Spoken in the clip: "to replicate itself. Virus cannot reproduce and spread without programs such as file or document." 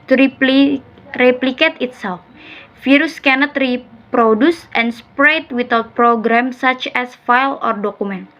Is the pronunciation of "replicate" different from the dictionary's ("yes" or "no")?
no